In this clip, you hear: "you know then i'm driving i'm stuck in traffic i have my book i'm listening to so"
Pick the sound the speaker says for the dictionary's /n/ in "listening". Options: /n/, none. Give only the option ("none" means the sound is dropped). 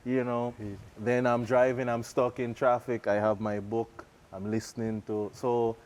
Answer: /n/